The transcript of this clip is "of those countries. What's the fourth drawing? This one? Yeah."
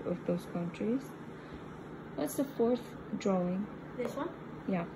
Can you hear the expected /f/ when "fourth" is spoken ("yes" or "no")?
yes